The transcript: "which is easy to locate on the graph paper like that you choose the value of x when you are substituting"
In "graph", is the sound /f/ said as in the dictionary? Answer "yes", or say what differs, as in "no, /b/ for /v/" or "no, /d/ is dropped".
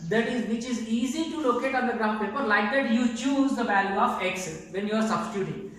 no, /p/ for /f/